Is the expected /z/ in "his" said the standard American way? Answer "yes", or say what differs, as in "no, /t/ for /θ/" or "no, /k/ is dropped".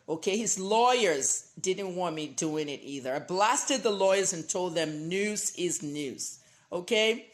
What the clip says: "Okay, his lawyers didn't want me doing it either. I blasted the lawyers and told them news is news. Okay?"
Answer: yes